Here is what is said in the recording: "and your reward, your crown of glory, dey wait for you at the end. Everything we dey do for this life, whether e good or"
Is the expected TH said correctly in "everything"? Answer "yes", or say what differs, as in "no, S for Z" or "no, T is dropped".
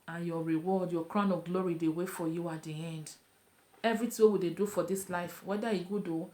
no, T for TH